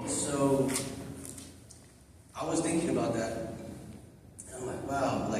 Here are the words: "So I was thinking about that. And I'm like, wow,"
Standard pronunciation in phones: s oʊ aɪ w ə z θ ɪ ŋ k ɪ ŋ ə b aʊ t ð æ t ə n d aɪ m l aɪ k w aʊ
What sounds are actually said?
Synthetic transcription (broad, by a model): s oʊ aɪ w ə z θ ɪ ŋ k ɪ ŋ ə b aʊ t ð æ t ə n aɪ m l aɪ k w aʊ